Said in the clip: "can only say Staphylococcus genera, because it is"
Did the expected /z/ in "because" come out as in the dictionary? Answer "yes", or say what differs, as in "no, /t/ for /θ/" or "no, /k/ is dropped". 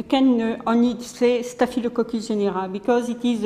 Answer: yes